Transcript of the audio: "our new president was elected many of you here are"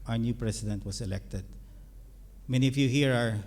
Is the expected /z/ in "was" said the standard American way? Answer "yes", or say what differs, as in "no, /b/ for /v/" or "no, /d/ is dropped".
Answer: no, /s/ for /z/